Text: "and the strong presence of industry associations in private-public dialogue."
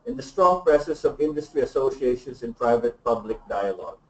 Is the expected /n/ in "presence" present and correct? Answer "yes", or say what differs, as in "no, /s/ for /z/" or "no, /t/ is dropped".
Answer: no, /n/ is dropped